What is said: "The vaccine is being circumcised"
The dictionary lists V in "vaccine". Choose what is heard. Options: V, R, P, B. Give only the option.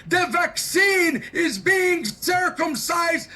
V